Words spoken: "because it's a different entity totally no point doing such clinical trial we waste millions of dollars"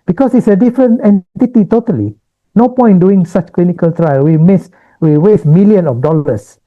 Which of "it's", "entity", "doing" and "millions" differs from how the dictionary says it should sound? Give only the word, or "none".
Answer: millions